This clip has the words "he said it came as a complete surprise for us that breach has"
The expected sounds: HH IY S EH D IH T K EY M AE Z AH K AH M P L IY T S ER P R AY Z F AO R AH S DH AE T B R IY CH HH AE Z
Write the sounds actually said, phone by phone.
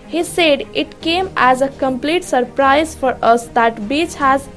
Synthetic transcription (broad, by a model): HH IY S EH D IH T K EY M AE Z AH K AH M P L IY T S ER P R AY Z F AO R AH S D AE T B IY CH HH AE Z